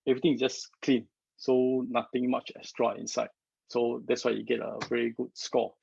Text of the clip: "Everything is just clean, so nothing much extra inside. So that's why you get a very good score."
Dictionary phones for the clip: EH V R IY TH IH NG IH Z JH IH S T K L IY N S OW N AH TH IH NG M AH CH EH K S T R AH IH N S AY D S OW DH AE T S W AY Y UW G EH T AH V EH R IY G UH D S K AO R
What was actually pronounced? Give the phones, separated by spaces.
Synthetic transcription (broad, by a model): EH V R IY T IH NG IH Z JH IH S K L IY N S OW N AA T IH NG M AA CH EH S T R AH IH N S AY D S OW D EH T S W AY Y UW G EH T AH V EH R IY G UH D S K AO